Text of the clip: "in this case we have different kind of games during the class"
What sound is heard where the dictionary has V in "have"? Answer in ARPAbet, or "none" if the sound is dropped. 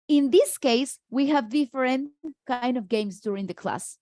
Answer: V